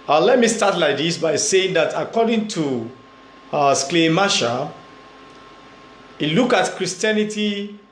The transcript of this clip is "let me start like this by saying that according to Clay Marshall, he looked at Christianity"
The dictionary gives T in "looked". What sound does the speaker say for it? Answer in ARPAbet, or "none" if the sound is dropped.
none